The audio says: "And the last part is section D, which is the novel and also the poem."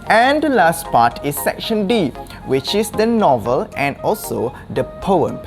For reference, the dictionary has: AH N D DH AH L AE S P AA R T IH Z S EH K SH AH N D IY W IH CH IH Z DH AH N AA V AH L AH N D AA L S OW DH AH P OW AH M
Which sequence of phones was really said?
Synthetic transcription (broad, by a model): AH N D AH L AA S P AA T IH S EH K SH AH N D IY W IH CH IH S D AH N AA V AH L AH N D AA L S OW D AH P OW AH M